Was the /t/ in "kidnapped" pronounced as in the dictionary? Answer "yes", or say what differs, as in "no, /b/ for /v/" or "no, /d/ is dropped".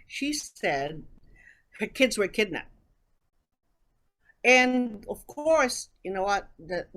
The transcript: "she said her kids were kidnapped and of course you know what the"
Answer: no, /t/ is dropped